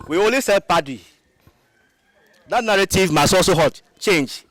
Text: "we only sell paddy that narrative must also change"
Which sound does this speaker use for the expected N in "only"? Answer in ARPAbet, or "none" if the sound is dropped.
none